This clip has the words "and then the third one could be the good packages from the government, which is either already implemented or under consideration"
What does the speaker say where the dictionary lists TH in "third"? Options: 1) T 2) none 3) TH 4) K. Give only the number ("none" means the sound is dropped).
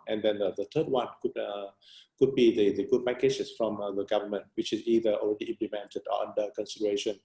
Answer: 1